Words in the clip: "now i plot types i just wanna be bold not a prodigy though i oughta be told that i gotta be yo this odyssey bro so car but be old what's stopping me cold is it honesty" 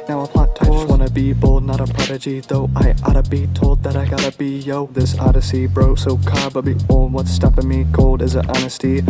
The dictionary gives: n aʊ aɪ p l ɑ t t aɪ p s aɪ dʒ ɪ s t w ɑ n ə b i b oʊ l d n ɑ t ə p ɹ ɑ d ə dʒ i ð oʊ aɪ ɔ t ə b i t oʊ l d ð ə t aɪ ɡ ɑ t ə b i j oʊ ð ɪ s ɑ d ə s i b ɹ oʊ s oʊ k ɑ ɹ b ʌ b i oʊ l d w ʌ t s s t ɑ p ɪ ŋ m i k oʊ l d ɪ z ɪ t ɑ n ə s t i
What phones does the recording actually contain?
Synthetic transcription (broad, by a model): n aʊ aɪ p ɑ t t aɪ aɪ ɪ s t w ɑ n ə b i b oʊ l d n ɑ t ə p ɹ ɑ d ə dʒ i ð oʊ aɪ ɔ t ə b i t oʊ l d ð ə t aɪ ɡ ɑ t ə b i j oʊ ð ɪ s ɑ d ə s i b ɹ oʊ s oʊ k ɑ ɹ b ʌ b i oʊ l w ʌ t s s t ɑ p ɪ m i k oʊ l d ɪ z ɪ t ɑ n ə s t i